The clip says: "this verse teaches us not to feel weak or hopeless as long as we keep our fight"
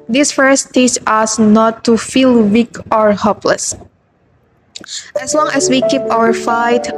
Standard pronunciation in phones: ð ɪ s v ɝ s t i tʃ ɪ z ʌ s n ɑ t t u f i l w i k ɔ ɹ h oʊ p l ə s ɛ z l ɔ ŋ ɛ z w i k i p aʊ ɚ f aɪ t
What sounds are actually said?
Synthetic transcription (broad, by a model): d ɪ s f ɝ s t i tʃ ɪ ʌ s n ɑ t t u f i l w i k ɔ ɹ h oʊ p l ə s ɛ s l ɔ ŋ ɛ s w i k i p aʊ ɚ f aɪ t